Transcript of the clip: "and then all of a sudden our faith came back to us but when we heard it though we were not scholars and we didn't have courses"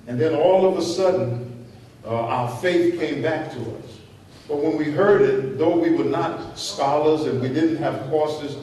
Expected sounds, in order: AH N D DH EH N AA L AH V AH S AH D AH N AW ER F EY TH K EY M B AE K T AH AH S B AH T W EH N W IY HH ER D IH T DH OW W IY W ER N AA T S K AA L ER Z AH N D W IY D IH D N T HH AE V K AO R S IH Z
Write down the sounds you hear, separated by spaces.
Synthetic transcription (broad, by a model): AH N DH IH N AA L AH V AH S AH D N AW ER F EY TH K EY M B AE K T AH AH S B AH T W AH N W IY HH ER D IH T DH OW W IY W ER N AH T S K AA L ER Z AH N W IY D IH D N T HH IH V K AO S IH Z